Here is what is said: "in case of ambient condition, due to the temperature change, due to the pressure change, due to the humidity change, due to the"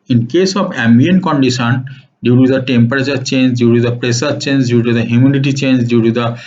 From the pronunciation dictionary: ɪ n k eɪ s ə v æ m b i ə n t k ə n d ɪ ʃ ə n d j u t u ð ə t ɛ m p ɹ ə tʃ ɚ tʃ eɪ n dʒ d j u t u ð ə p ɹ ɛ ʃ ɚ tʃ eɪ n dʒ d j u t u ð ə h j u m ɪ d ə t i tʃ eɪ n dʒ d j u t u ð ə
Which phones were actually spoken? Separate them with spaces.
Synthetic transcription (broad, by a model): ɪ n k eɪ s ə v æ m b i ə n k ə n d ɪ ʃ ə n d j u t u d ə t ɛ m p ɹ ə tʃ ɚ tʃ eɪ n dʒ d j u t u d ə p ɹ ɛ s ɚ tʃ eɪ n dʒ d j u t u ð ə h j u m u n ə t i tʃ eɪ n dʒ d j u t u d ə